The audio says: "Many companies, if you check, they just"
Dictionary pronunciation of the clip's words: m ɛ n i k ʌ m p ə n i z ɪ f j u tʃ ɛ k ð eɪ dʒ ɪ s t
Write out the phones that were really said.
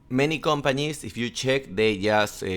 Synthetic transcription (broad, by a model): m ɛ n i k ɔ m p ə n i s ɪ f j u tʃ ɛ k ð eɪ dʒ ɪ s